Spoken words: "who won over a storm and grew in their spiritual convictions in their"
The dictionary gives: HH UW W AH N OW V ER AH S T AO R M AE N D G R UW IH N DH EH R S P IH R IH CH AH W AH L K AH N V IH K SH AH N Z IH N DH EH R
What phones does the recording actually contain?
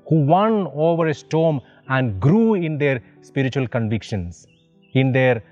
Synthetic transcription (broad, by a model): HH UW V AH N OW V ER AH S T AO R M AE N D G R UW IH N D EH R S P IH R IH CH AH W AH L K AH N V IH K SH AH N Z IH N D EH R